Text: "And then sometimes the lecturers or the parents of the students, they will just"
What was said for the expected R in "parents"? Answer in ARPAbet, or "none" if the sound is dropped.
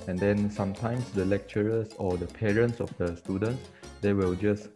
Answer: R